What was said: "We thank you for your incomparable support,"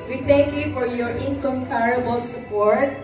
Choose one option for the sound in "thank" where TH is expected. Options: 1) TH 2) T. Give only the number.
2